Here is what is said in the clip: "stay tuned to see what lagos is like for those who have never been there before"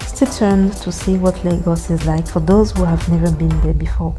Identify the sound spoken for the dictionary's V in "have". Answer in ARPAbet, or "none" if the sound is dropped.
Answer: V